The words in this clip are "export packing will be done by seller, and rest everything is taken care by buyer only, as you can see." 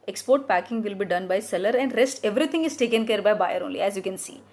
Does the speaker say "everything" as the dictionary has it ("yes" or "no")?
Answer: no